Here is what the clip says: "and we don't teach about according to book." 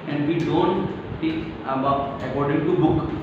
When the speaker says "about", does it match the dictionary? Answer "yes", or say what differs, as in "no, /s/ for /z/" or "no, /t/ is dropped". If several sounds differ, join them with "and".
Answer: no, /t/ is dropped